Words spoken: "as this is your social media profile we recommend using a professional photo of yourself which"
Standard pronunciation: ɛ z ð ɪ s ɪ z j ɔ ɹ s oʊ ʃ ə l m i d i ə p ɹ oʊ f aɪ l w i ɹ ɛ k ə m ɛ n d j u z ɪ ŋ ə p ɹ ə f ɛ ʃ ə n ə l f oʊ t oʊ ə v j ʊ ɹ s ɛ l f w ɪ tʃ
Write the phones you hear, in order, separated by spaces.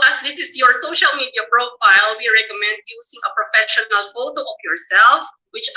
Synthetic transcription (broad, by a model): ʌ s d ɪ s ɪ s j ɔ ɹ s oʊ ʃ ə l m i d i ə p ɹ oʊ f aɪ l w i ɹ ɛ k ə m ɛ n d j u s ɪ ŋ ə p ɹ ə f ɛ ʃ ə n ə l f oʊ t oʊ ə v j ʊ ɹ s ɛ l f w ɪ tʃ